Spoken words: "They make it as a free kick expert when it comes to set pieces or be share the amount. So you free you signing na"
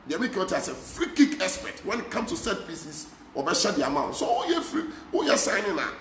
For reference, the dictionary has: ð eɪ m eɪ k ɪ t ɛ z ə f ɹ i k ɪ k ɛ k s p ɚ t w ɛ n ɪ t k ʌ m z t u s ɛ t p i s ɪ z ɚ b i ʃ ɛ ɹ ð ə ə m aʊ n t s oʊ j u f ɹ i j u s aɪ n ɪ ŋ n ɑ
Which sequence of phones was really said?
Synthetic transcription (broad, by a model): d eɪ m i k ɪ t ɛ s ə f ɹ i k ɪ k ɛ s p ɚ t w ɛ n ɪ t k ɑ m s t u s ɛ t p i s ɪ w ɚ b i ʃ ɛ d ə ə m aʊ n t s oʊ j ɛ f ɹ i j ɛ s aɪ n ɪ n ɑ